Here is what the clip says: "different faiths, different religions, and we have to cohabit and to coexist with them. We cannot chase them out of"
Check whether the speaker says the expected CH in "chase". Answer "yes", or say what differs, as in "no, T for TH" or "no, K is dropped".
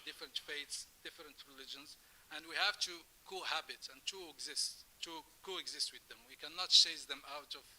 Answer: no, SH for CH